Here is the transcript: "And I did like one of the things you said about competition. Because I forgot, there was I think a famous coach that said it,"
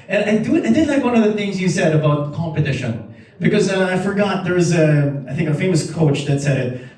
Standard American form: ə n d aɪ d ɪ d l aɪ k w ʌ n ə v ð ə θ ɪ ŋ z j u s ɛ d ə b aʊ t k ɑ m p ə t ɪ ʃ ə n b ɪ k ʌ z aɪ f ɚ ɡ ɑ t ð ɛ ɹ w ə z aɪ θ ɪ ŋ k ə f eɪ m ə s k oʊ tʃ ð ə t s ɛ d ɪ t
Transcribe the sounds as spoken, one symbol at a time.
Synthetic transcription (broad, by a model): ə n d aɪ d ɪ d l aɪ k w ʌ n ə v ð ə θ ɪ ŋ z j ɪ s ɛ d ə b aʊ t k ɑ m p ə t ɪ ʃ ə n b ɪ k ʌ z aɪ f ɚ ɡ ɑ t ð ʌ ɹ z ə aɪ θ ɪ ŋ k ə f eɪ m ə s k oʊ tʃ ð ə t s ɛ d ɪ t